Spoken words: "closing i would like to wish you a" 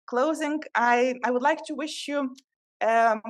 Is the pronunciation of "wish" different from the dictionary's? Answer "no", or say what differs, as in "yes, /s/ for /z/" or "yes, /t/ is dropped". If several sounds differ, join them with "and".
no